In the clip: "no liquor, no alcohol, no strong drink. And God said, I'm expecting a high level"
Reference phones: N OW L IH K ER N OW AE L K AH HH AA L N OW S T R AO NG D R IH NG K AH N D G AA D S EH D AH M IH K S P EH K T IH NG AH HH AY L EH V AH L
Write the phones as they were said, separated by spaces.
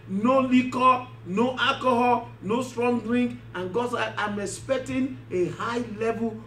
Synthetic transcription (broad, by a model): N OW L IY K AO N OW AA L K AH HH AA N OW S T R AO NG D R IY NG K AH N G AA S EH AH M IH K S P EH K T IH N AH HH AY L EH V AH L